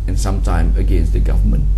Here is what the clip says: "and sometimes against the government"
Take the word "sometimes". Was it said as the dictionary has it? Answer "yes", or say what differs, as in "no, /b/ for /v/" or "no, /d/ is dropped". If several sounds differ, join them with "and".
no, /z/ is dropped